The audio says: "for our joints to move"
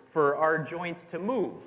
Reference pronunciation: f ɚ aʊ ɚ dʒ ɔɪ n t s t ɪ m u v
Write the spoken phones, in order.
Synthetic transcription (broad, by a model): f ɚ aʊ ɚ dʒ ɔɪ n t s t ɪ m u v